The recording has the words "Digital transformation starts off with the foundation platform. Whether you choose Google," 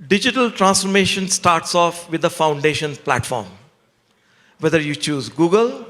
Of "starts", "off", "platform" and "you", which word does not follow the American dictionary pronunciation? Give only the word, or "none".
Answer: none